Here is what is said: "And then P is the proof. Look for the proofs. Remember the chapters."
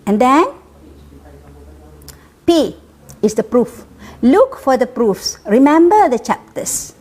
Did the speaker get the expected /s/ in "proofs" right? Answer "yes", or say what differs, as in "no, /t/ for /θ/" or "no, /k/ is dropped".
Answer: yes